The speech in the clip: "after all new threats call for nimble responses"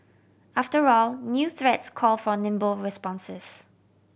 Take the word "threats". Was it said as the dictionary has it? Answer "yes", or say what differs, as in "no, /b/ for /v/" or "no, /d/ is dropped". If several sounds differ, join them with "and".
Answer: yes